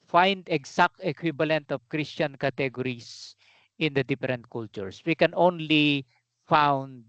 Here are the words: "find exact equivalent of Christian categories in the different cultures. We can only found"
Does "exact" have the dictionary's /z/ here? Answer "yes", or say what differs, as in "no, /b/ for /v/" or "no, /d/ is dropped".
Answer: no, /s/ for /z/